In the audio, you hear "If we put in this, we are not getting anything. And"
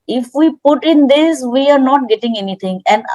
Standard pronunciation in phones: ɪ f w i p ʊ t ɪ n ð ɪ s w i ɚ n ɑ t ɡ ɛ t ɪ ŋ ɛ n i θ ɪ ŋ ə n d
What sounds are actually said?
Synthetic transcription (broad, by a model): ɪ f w i p ʊ t ɪ n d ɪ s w i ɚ n ɑ t ɡ ɛ t ɪ ŋ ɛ n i t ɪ ŋ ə n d